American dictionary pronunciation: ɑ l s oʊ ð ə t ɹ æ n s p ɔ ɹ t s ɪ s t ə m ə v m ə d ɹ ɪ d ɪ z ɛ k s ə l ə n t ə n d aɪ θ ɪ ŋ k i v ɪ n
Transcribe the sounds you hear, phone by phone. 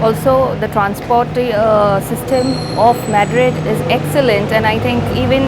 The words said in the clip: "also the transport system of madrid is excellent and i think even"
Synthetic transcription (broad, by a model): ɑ l s oʊ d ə t ɹ æ n s p ɔ ɹ t s ɪ s t ə m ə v m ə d ɹ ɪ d ɪ z ɛ k s ə l ə n t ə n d aɪ t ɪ ŋ k i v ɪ n